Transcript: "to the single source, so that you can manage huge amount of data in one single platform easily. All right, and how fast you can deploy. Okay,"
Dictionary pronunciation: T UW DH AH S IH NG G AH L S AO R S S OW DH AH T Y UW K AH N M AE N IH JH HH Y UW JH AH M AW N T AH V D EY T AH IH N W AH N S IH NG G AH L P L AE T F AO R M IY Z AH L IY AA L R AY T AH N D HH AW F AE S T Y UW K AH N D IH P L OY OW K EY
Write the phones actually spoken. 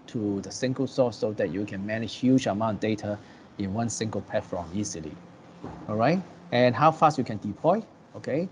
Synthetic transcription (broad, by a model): T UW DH AH S IH NG G AH L S AO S S OW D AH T Y UW K AH N M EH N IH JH HH Y UW JH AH M AW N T D EY T AH IH N W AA N S IH NG G AH L P EH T F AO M IY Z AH L IY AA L R AY T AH N HH AW F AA S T Y UW K AH N D IH P L OY OW K EY